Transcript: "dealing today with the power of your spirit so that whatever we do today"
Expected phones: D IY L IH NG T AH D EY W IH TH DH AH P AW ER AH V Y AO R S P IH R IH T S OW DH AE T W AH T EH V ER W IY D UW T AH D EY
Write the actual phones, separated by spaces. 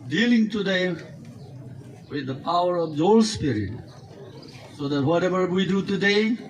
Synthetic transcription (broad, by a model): D IY L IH NG T AH D EY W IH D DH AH P AW ER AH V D AO L S P IH R IH T S OW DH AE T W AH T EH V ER W IY D UW T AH D EY